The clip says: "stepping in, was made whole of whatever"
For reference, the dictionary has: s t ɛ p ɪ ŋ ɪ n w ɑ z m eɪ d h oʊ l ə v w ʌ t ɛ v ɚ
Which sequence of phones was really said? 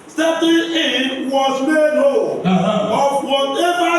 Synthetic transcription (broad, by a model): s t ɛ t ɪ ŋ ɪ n w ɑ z m eɪ d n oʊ n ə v w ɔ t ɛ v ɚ